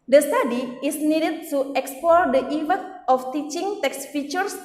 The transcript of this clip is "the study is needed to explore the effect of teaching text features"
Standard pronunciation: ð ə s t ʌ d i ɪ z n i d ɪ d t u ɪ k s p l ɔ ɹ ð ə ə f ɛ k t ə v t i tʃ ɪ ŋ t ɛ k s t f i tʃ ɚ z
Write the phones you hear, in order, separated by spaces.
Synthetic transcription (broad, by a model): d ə s t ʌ d i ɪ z n i d ɪ d t u ɪ k s p l ɔ ɹ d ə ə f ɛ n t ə f t i tʃ ɪ ŋ t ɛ k s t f i tʃ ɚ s